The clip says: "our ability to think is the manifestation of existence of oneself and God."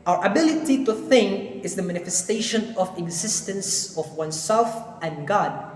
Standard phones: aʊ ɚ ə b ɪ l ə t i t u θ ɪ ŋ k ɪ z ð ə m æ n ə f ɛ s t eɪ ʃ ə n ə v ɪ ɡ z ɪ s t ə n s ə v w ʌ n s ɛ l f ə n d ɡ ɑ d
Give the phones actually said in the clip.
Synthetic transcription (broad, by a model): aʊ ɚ ə b ɪ l ə t i t u θ ɪ ŋ k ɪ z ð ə m æ n ə f ɛ s t eɪ ʃ ə n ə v ɪ ɡ z ɪ s t ə n s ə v w ʌ n s ɛ l f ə n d ɡ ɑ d